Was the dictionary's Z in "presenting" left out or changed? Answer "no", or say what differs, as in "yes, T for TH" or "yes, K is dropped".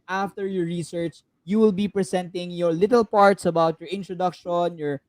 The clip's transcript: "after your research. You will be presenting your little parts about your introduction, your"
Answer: yes, S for Z